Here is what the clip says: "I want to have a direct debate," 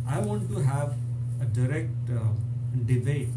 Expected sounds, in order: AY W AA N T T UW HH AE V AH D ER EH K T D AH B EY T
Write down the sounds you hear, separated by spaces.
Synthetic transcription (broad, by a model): AY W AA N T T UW HH AE V AH D ER EH K T D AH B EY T